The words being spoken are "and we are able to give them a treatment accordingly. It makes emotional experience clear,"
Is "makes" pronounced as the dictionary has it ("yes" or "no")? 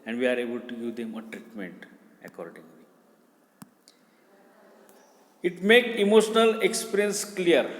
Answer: no